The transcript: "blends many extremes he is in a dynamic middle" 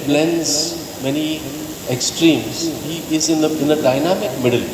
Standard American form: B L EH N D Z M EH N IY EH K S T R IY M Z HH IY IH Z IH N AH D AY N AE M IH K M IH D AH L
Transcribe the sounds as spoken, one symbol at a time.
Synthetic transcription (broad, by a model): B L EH N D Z M EH N IY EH K S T R IY M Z HH IY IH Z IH N AH D AY N AE M IH K M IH D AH L